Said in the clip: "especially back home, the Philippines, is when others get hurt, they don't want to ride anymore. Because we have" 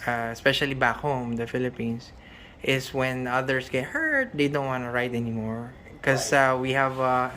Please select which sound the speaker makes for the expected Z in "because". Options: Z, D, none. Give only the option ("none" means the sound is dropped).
none